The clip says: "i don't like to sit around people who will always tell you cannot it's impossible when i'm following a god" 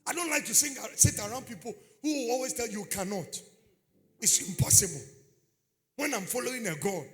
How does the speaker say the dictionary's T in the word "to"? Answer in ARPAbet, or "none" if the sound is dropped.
S